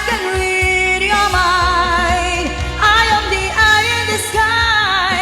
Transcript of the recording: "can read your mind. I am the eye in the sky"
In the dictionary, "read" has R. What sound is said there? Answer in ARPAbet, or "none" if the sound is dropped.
L